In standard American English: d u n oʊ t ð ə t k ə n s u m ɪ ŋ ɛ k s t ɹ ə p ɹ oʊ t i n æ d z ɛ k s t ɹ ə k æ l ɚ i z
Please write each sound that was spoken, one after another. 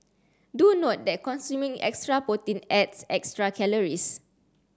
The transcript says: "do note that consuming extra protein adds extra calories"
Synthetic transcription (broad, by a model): d u n oʊ t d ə t k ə n s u m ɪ ŋ ɛ k s t ɹ ə p oʊ t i n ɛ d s ɛ k s t ɹ ə k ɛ l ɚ i s